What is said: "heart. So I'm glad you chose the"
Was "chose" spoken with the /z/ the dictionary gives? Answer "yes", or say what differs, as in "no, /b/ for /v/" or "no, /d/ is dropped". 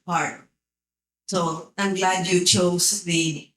no, /s/ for /z/